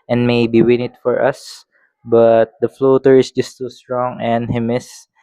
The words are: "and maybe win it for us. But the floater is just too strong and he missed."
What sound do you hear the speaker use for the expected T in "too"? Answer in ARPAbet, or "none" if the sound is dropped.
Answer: S